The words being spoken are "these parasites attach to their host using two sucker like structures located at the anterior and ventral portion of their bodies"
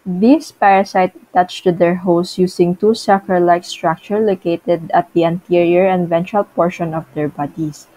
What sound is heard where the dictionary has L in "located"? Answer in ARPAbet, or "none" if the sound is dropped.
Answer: L